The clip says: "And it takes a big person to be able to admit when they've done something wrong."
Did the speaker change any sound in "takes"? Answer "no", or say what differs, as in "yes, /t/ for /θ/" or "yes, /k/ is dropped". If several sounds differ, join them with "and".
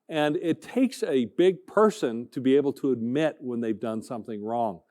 no